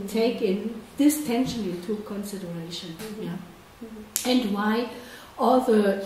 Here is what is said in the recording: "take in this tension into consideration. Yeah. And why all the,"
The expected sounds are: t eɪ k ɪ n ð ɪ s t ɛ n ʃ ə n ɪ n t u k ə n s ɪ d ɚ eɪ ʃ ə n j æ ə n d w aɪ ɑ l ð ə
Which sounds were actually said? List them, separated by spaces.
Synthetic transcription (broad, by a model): t eɪ k ɪ n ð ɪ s t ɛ n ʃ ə n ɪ t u k ə n s ɪ d ɚ eɪ ʃ ə n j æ ə n d w aɪ ɑ l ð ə